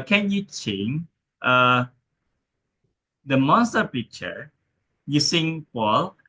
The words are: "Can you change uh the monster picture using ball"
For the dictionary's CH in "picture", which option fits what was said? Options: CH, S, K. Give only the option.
CH